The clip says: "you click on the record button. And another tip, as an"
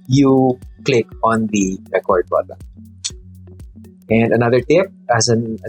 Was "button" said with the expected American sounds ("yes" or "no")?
no